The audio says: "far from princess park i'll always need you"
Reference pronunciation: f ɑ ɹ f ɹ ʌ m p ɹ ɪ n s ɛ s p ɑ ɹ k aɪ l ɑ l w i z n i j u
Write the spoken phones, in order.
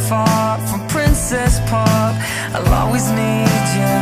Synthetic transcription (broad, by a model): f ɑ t f ɹ ʌ m p ɹ ɪ n s ɛ s p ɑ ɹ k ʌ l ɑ w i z n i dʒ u